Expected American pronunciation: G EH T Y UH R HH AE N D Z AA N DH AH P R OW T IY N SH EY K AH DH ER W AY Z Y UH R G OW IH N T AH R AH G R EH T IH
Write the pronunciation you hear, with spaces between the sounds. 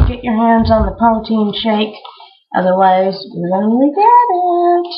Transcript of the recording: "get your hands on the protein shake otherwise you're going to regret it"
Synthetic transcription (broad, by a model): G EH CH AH R HH AE N D Z N DH AH P OW T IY N SH EY K AH DH ER W AY Z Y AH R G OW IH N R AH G EH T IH